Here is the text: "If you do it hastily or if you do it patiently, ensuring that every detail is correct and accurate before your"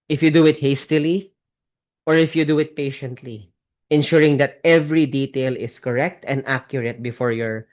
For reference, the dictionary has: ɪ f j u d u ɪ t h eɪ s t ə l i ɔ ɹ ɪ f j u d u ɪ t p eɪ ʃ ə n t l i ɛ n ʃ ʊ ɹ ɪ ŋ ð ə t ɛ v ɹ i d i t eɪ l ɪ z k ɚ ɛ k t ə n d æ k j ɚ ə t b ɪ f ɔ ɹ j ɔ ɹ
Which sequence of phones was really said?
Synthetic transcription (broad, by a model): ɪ f j u d u ɪ t h eɪ s t ə l i ɔ ɹ ɪ f j u d u ɪ t p eɪ ʃ ə n t l i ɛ n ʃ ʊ ɹ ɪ ŋ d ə t ɛ v ɹ i d i t eɪ l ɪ s k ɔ ɛ k t ə n d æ k j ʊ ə t b ɪ f ɔ ɹ j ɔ ɹ